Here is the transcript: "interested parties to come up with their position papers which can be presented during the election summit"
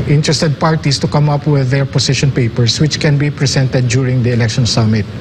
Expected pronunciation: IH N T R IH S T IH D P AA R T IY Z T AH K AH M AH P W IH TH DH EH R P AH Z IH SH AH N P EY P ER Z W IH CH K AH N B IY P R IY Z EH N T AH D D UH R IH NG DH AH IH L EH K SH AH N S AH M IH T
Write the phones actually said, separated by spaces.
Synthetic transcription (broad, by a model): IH N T R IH S T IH D P AA R T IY S T AH K AH M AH P W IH DH EH R P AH S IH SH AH N P EY P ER S W IH CH K AH N B IY P R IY S EH N T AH D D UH R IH NG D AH IH L EH K SH AH N S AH M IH T